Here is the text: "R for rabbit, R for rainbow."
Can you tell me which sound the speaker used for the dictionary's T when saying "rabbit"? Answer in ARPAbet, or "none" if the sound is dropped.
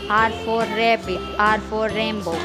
none